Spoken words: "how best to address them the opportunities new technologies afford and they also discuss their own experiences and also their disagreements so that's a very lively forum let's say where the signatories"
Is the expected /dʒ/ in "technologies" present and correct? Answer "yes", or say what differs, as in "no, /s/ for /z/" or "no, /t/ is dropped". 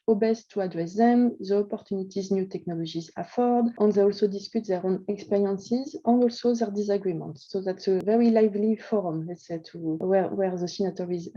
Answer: no, /ʒ/ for /dʒ/